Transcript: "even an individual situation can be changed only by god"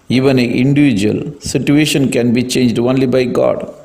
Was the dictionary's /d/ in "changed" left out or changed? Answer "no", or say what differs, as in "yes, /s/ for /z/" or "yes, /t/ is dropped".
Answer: no